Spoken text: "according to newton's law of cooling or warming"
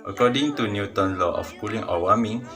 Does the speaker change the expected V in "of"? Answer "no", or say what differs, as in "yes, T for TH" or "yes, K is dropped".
yes, F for V